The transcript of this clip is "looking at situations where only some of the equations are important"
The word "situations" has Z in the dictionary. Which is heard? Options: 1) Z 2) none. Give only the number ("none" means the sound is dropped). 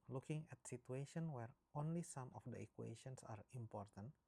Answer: 2